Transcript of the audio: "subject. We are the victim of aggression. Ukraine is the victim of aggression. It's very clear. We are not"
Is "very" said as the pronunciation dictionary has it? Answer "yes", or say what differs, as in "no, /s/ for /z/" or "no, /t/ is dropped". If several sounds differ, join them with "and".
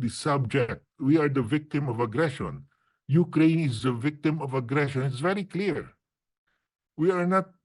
yes